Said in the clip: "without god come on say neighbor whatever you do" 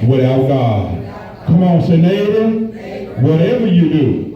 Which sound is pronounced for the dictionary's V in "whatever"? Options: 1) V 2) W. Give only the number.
1